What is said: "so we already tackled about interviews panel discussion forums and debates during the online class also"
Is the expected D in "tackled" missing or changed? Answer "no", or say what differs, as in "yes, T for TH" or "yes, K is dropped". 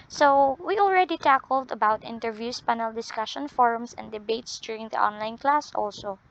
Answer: no